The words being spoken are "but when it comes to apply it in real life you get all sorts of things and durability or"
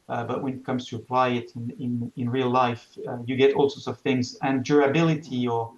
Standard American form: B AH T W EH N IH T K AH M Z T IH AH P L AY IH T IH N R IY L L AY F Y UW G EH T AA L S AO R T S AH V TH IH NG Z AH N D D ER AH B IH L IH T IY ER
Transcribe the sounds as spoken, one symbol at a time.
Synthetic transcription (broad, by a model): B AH T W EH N IH T K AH M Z T IH AH P L AY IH T IH N R IY L L AY F Y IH G EH T AA L S AO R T S AH V TH IH NG Z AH N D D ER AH B IH L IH T IY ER